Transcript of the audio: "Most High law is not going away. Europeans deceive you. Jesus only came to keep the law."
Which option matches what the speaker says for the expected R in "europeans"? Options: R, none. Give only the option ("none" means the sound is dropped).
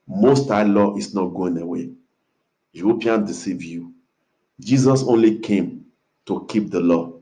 none